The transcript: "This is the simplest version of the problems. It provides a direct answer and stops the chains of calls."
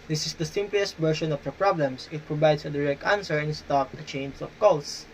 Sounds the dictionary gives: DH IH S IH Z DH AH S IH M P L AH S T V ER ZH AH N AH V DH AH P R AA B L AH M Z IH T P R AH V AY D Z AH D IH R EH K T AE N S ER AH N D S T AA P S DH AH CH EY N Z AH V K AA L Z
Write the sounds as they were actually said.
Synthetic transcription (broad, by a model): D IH S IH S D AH S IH M P L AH S T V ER SH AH N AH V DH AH P R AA B L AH M S IH T P R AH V AY D S AH D IH R EH K T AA N S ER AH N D S T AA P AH CH EY N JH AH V K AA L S